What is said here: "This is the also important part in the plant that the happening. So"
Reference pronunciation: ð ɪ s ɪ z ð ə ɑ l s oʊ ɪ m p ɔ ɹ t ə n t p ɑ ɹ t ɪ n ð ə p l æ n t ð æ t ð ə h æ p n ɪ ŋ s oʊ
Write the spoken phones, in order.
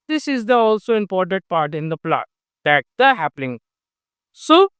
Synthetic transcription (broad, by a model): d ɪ s ɪ z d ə ɑ l s oʊ ɪ m p ɔ ɹ t ə n t p ɑ ɹ t ɪ n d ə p l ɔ t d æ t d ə h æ p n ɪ ŋ s oʊ